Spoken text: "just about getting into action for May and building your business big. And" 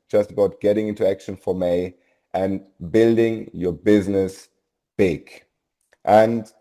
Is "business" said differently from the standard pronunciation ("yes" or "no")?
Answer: no